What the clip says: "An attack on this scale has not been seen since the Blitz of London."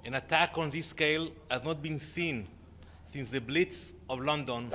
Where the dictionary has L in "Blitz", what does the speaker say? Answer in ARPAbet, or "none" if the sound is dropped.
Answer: L